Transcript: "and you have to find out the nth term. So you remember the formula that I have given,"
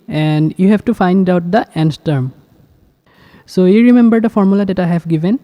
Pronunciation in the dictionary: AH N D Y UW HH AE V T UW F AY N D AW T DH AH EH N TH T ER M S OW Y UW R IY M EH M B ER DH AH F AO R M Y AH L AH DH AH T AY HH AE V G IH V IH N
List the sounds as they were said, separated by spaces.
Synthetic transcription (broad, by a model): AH N D Y UW HH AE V T UW F AY N D AW T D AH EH N S T ER M S OW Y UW R IY M EH M B ER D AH F AO R M Y AH L AH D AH T AY HH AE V G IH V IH N